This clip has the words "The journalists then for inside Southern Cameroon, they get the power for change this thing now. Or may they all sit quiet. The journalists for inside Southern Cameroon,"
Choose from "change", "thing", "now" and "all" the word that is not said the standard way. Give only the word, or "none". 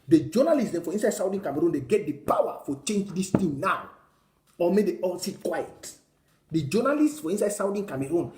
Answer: thing